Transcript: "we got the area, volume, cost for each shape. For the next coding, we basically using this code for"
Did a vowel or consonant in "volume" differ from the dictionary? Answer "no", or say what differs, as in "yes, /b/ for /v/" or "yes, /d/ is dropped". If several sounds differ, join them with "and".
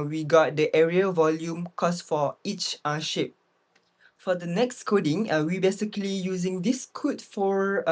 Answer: no